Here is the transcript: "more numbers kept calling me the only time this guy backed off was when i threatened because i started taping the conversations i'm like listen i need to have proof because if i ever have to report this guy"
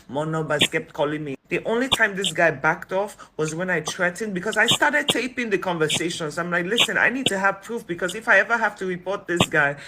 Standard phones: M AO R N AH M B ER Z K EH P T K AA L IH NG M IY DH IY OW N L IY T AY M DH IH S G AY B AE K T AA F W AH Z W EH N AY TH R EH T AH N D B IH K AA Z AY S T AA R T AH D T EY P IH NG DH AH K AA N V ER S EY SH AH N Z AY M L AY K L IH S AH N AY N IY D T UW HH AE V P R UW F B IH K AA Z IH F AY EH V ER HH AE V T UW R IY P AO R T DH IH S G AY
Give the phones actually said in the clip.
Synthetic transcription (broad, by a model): M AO N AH B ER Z K EH P T K AA L IH NG M IY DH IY OW N L IY T AY M DH IH S G AY B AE K T AA F W AH Z W EH N AY T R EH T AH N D B IH K AA Z AY S T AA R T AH D T EY P IH NG DH AH K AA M V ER S EY SH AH N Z AY M L AY K L IH S AH N AY N IY D T UW HH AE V P R UW F B IH K AA Z IH F AY EH V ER HH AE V T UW R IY P AO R T DH IH S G AY